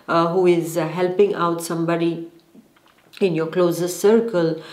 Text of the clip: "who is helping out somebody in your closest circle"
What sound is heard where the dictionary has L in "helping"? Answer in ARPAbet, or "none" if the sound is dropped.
L